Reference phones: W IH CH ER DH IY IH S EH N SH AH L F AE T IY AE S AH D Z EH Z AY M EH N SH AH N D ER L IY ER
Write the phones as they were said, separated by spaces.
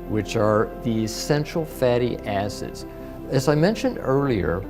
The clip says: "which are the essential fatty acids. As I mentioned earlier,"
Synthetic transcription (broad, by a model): W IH CH ER DH IY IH S EH N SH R L F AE T IY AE S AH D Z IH Z AY M EH N SH AH N D ER L IY ER